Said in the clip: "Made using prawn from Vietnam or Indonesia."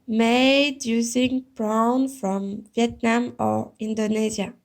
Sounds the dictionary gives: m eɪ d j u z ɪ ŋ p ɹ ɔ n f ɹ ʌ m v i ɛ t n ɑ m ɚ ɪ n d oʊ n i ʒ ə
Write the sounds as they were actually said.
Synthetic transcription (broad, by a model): m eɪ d j u z ɪ ŋ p ɹ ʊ n f ɹ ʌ m v i ɛ t n ɑ m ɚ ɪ n d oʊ n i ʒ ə